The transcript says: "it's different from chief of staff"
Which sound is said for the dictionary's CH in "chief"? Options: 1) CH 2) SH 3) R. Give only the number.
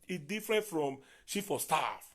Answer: 2